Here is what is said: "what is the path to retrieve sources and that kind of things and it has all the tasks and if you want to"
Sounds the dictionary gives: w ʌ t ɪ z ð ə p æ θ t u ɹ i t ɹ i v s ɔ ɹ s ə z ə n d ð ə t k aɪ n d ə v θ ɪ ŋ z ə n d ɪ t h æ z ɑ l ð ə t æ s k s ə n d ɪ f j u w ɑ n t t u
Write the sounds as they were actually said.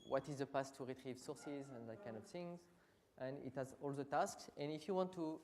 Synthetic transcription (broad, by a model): w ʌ t ɪ z ð ə p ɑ s t u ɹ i t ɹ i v s ɔ ɹ s ə z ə n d ð ə t k aɪ n d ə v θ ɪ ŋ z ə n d ɪ t h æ z ɑ l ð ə t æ s k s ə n ɪ f j u w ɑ n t t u